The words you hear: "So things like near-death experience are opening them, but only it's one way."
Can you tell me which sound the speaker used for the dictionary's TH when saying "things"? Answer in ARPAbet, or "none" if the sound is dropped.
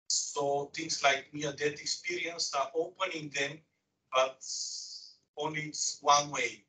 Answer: T